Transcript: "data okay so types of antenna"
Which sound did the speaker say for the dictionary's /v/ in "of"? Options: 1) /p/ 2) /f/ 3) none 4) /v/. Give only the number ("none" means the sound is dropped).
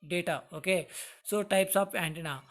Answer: 1